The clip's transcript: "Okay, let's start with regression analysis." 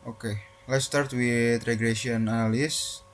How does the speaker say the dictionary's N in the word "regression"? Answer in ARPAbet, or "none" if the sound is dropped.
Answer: none